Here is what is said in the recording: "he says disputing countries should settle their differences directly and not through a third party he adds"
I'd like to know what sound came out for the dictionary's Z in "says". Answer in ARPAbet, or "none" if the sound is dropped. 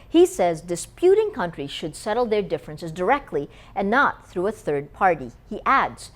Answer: Z